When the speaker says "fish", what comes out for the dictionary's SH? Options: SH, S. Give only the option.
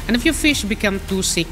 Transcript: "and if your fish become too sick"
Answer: SH